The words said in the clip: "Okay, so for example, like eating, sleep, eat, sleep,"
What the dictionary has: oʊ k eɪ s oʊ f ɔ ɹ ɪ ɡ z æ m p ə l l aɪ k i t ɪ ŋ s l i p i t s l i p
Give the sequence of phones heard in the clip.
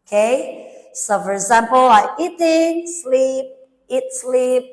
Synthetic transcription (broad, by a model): k eɪ s oʊ f ɔ ɹ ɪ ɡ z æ m p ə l l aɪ i t ɪ ŋ s l i p i t s l i p